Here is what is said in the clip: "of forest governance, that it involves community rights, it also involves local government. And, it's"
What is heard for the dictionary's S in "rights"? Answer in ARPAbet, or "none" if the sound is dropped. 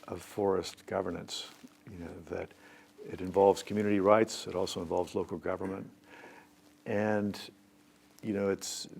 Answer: S